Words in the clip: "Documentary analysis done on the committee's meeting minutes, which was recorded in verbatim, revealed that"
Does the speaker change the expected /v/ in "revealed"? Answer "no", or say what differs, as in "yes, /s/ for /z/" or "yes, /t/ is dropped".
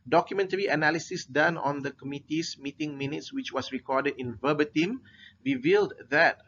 no